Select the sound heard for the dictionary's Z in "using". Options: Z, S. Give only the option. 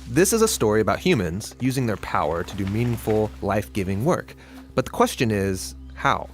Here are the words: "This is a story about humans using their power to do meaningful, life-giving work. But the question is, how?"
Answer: Z